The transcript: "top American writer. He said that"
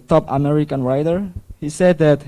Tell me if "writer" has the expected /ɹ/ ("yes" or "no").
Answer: yes